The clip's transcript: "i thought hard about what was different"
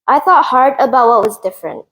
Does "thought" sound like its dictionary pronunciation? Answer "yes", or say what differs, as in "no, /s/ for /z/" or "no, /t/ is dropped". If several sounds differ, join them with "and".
yes